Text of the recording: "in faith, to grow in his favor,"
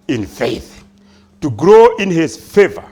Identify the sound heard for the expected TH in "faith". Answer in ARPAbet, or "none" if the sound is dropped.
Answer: TH